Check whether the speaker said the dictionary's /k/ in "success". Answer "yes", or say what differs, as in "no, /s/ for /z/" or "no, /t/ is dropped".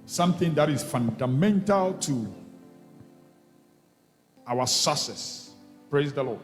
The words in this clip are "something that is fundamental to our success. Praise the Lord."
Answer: no, /k/ is dropped